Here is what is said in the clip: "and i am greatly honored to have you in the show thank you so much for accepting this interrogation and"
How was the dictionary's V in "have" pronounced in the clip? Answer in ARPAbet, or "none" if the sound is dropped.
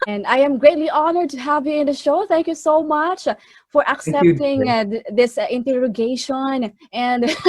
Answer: V